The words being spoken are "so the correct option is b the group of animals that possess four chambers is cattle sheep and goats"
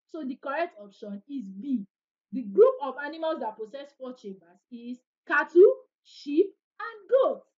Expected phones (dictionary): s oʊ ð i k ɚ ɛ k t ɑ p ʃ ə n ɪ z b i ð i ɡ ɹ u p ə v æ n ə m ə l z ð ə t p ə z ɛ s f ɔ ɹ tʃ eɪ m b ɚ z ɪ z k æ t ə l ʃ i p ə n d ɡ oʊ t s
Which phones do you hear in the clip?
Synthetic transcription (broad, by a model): s oʊ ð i k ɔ ɛ k t ɑ p ʃ ə n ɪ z b i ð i ɡ ɹ u p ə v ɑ n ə m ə l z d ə t p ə s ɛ s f ɔ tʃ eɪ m b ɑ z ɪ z k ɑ t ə ʃ i p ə n ɡ oʊ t